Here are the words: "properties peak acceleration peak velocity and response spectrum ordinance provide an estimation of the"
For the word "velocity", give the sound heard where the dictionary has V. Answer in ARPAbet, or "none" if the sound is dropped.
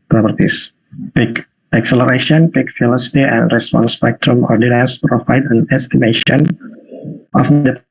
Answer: F